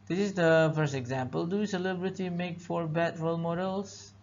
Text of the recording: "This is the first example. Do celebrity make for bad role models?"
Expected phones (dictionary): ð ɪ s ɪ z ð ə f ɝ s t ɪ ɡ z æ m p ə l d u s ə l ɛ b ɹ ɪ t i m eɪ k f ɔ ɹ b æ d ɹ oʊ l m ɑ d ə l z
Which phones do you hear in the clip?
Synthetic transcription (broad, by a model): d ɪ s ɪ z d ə f ɝ s t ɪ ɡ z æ m p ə l d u s ə l ɛ b ɹ ɪ t i m eɪ k f ɔ ɹ b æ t ɹ oʊ l m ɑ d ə l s